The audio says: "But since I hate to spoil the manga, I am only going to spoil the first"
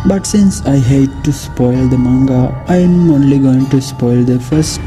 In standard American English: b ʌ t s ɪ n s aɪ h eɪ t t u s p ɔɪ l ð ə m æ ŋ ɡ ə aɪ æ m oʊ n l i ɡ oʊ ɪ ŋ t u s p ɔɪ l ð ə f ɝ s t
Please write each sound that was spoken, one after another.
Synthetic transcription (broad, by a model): b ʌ t s ɪ n s aɪ h eɪ t t u s p ɔɪ l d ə m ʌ ŋ ɡ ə aɪ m oʊ n l i ɡ oʊ ɪ ŋ t u s p ɔɪ l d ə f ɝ s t